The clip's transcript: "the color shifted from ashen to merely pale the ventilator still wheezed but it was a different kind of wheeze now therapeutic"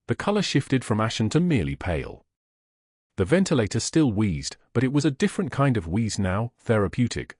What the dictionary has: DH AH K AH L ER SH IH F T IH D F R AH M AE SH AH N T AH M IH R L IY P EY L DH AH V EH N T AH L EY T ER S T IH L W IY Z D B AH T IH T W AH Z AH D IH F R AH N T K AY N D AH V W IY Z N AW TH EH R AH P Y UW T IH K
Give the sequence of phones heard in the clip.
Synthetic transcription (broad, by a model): DH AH K AH L ER SH IH F T IH D F R AH M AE SH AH N T AH M IH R L IY P EY L DH AH V EH N T AH L EY T ER S T IH L W IY Z D B AH T IH T W AH Z AH D IH F R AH N K AY N D AH V W IY Z N AW TH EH R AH P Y UW T IH K